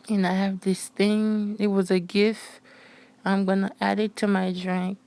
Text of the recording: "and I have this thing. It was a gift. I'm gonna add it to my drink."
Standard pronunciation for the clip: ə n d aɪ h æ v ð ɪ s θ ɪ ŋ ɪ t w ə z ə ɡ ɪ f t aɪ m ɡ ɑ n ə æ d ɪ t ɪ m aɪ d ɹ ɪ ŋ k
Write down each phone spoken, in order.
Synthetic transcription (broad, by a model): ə n aɪ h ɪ v ð ɪ s θ ɪ ŋ ɪ t w ə z ə ɡ ɪ f t aɪ m ɡ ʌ n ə æ d ɪ t ɪ m aɪ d ɹ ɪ ŋ k